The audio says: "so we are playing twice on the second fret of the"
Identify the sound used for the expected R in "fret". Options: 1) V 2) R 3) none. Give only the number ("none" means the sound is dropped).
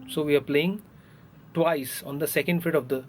3